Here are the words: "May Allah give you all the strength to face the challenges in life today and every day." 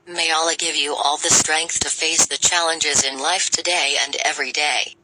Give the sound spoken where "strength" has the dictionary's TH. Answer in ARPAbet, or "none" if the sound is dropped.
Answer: TH